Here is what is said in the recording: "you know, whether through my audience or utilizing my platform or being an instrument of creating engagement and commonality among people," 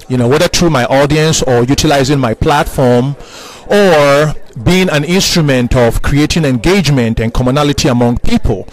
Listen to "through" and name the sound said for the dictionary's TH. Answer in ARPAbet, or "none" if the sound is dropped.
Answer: T